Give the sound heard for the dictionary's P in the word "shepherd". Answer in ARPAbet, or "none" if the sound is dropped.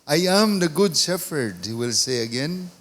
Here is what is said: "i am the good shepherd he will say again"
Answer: F